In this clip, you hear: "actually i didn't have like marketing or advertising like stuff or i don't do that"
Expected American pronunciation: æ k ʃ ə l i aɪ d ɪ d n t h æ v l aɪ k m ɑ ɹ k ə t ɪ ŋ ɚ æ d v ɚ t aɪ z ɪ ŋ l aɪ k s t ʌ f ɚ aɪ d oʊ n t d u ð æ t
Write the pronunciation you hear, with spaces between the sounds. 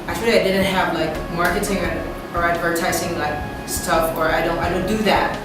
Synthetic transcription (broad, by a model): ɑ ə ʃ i aɪ d ɪ d n t h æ v l aɪ k m ɑ ɹ k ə t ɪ ŋ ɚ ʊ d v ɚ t aɪ s ɪ ŋ l aɪ k s t ʌ f ɚ aɪ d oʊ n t d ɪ ð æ t